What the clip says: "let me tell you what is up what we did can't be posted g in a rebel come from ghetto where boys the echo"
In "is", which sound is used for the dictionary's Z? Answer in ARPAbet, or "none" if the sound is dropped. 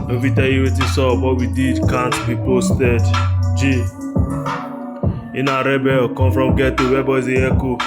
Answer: S